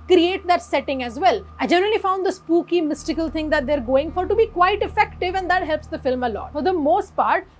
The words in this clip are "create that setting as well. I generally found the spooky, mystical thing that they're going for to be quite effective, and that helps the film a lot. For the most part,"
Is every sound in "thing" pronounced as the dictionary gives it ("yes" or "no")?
no